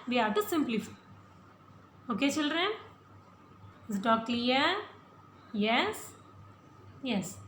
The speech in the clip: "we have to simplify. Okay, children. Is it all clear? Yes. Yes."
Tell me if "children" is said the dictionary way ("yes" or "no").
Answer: yes